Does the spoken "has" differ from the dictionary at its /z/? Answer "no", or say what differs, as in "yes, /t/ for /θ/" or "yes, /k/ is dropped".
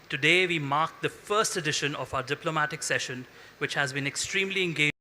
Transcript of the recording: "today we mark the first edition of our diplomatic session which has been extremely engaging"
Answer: no